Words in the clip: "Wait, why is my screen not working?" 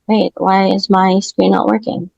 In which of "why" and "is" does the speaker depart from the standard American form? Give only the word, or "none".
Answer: none